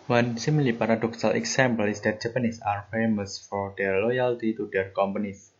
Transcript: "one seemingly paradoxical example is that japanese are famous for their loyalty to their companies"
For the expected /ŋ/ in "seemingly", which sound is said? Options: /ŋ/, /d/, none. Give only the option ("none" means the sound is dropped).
none